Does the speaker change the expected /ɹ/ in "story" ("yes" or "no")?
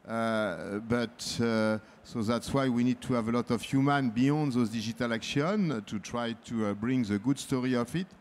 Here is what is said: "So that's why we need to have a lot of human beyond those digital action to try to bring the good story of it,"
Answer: no